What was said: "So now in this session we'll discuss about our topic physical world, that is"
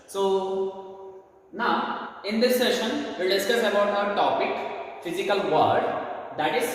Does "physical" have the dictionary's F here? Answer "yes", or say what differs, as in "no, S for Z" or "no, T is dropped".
yes